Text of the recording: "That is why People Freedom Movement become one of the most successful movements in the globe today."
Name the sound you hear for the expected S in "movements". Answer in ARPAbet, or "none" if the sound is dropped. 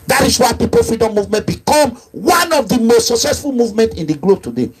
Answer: none